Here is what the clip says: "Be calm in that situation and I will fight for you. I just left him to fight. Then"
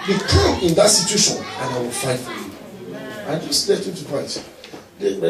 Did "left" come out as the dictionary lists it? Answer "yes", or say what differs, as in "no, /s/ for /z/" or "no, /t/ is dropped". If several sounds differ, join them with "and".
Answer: no, /f/ is dropped